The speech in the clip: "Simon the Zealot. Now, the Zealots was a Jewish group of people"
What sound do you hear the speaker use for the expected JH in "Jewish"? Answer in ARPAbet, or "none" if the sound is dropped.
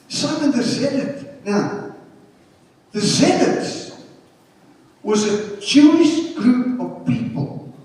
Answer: CH